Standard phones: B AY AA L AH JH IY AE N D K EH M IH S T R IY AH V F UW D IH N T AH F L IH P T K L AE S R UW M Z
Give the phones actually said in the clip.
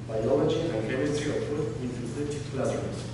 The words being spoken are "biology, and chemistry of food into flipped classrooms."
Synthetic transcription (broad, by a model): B AY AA L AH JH IY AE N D K EH M IH S T R IY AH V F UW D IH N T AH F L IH T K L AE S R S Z